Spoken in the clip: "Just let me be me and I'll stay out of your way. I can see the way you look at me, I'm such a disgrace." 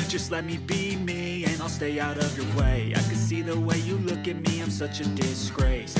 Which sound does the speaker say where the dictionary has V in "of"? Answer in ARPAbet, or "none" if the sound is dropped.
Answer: V